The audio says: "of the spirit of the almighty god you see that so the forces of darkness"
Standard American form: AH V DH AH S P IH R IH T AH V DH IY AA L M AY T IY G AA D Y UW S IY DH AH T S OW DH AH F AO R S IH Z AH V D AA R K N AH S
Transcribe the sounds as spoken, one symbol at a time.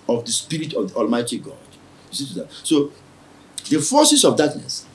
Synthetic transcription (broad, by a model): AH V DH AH S P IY R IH T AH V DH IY AA L M AY T IY G AA D Y UW S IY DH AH T S OW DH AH F AO S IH S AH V D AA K N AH S